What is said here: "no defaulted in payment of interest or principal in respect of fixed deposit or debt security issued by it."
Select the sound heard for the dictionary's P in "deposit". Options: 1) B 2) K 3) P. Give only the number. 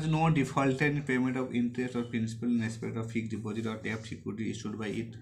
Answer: 1